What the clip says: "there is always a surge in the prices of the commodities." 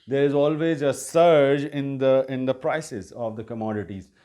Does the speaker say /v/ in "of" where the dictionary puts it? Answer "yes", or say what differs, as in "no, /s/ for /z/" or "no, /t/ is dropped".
yes